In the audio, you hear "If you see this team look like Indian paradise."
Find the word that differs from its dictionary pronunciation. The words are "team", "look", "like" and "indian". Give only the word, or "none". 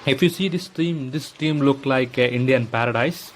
none